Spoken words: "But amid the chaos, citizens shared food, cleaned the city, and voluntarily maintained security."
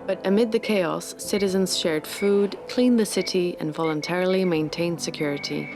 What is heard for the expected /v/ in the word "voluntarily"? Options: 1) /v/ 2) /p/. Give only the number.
1